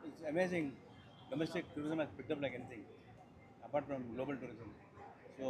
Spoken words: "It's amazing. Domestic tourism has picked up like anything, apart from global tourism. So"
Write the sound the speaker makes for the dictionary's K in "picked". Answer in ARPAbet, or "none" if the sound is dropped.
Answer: none